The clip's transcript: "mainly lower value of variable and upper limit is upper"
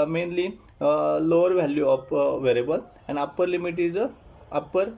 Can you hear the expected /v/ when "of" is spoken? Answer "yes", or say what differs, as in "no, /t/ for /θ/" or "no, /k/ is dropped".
no, /p/ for /v/